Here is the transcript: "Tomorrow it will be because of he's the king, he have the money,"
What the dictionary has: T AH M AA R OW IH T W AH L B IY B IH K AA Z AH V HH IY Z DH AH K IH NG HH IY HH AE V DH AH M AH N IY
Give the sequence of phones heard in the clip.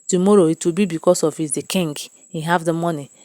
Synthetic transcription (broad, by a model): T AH M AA R OW IH T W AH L B IY B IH K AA S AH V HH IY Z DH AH K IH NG HH IY HH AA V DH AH M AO N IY